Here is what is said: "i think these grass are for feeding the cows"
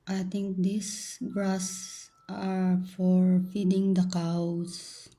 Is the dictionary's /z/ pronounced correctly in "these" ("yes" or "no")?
no